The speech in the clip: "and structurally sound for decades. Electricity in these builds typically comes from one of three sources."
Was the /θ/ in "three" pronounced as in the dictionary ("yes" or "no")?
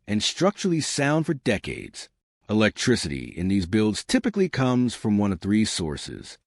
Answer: yes